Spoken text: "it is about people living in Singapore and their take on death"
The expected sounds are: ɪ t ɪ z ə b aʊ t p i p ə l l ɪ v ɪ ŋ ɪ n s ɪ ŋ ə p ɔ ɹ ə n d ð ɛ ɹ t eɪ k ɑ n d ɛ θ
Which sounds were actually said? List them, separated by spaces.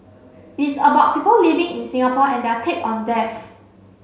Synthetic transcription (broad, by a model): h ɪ s ə b aʊ t p i p ə l l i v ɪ ŋ ɪ n s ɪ ŋ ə p ɔ ə n d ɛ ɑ t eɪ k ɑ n d ɛ f